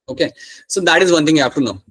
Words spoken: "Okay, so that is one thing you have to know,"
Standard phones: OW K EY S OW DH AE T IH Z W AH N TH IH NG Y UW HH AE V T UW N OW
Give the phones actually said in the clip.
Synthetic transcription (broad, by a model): OW K EY S OW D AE T IH Z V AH N T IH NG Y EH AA P T UW N OW